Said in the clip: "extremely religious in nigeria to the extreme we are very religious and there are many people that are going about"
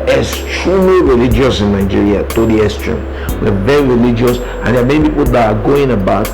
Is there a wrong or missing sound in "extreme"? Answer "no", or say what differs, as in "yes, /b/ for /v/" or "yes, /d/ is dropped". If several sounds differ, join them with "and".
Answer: yes, /k/ is dropped